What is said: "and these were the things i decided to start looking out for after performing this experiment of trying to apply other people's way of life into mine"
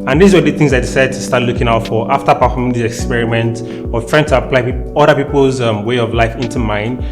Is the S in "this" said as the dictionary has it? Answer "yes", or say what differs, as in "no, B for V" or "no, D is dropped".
no, S is dropped